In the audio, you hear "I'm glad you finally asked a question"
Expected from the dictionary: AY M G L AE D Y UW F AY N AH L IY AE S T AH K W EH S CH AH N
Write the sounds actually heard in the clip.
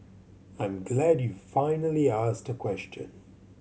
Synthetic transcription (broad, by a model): AY M G L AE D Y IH F AY N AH L IY AE S T AH K W EH S CH AH N